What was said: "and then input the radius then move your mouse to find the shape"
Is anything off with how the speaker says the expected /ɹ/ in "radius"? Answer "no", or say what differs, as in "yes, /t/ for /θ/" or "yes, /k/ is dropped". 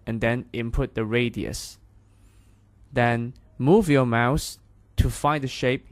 no